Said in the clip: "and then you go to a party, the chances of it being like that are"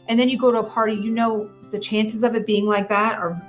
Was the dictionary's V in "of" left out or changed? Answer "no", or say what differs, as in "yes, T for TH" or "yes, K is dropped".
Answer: no